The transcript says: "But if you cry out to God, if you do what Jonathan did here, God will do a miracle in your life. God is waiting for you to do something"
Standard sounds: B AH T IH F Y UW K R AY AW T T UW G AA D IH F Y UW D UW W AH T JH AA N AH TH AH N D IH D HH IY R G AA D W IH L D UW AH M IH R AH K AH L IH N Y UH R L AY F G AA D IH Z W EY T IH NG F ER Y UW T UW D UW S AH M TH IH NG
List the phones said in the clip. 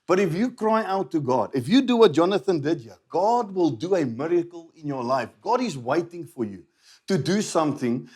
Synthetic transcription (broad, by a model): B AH T IH F Y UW K R AY AW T T UW G AA D IH F Y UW D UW W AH T JH AA N AH TH AH N D IH D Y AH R G AA D W IH L D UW AH M IH R AH K AH L IH N Y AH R L AY F G AA D IH Z W EY T IH NG F ER Y UW T UW D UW S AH M TH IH NG